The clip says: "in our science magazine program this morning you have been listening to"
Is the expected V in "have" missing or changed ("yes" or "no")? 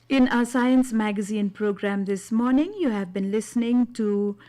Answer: no